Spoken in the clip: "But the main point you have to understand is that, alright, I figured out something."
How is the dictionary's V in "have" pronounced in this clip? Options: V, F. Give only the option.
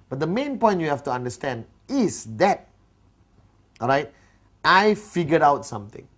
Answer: F